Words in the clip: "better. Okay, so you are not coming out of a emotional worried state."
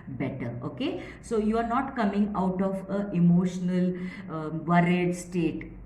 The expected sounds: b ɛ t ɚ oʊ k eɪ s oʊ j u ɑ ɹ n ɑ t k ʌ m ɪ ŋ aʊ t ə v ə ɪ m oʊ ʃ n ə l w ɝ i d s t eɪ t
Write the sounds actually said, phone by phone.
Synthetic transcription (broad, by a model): b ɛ t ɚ oʊ k eɪ s oʊ j u ɑ ɹ n ɑ t k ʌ m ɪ ŋ aʊ t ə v ə ɪ m oʊ ʃ n ə l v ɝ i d s t eɪ t